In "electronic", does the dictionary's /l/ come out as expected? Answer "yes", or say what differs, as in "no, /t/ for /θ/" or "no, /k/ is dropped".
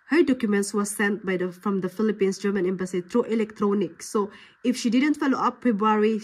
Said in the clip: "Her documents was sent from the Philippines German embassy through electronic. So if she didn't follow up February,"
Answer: yes